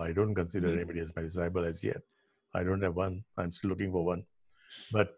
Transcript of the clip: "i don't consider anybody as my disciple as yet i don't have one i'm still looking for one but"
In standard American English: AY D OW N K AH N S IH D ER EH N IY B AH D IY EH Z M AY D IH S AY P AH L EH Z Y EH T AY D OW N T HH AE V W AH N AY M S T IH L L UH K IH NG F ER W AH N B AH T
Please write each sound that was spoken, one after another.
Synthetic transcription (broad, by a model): AY D OW N K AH N S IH D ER EH N IY B AH D IY EH Z M AY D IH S AY B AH L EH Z Y EH T AY D OW N T HH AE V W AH N AY M S T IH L L UH K IH NG F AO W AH N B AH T